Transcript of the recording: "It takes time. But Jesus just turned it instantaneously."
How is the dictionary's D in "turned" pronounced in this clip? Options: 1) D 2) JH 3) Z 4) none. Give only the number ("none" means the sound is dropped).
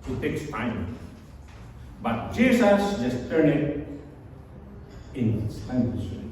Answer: 4